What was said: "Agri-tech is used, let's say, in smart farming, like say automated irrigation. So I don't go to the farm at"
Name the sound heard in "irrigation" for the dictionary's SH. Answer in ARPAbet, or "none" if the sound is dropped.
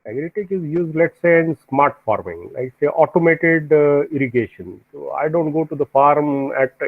SH